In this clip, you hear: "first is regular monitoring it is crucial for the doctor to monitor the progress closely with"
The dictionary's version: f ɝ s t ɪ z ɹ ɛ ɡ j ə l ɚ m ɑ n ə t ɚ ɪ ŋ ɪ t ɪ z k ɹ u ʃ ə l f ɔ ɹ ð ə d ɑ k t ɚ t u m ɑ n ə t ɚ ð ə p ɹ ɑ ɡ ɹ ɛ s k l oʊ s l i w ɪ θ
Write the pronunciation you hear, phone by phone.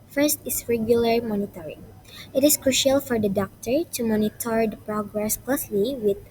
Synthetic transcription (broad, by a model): f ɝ s t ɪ s ɹ ɛ ɡ j ə l ɚ m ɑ n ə t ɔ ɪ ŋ ɪ t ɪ s k ɹ u ʃ ə l f ɔ ɹ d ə d ɑ k t ɚ t u m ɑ n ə t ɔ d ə p ɹ ɑ ɡ ɹ ɛ s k l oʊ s l i w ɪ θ